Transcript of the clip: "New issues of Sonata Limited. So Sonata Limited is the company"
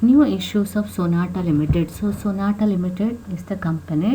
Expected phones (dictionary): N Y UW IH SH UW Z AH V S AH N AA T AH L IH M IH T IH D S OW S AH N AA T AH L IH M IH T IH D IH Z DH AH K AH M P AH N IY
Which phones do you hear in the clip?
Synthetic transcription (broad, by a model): N Y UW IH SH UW S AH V S AH N AA T AH L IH M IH T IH D S OW S AH N AA T AH L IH M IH T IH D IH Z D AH K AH M P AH N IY